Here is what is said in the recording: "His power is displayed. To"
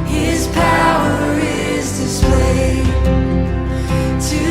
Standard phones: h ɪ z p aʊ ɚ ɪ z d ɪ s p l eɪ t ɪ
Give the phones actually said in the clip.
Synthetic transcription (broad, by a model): h ɪ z p aʊ ɚ ɪ z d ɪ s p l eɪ t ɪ